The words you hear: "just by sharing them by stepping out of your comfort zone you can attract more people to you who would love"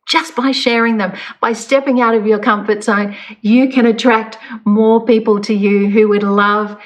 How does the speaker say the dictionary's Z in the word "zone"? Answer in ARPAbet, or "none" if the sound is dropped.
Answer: S